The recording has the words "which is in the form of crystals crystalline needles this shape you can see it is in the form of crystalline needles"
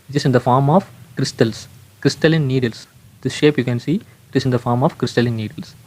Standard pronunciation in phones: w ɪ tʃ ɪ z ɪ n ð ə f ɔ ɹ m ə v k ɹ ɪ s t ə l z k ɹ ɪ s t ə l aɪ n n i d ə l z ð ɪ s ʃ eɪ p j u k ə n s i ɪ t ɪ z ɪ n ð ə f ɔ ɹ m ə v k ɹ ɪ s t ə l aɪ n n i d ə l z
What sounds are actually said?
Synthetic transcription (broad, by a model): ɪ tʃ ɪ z ɪ n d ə f ɔ ɹ m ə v k ɹ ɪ s t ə l s k ɹ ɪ s t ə l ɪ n n i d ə l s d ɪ s ʃ eɪ p j u k ə n s i ɪ t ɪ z ɪ n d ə f ɔ ɹ m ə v k ɹ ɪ s t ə l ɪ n n i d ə l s